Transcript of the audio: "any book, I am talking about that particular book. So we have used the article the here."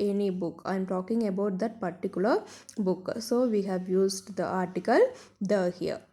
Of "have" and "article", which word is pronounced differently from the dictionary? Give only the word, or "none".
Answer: none